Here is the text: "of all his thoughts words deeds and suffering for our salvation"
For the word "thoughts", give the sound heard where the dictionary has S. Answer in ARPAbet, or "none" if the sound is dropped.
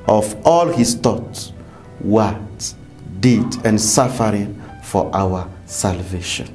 none